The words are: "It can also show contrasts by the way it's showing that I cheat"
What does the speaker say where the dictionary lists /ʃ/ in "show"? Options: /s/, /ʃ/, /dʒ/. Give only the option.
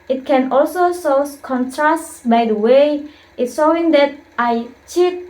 /s/